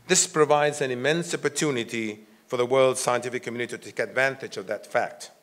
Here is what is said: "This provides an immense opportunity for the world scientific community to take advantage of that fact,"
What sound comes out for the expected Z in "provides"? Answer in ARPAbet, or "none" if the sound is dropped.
Z